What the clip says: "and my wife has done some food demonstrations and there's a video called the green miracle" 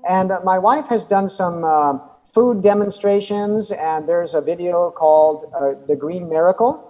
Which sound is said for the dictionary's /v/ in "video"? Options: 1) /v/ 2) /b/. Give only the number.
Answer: 1